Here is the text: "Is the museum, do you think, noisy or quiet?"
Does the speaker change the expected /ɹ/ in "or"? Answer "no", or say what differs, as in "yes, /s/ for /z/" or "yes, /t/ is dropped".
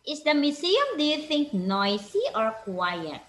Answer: no